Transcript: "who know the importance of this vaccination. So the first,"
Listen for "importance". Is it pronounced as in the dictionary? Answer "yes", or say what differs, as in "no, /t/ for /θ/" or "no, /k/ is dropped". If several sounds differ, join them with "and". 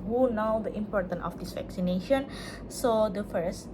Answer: no, /s/ is dropped